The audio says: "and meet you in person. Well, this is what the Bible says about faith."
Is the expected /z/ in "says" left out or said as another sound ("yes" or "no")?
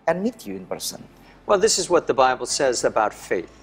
no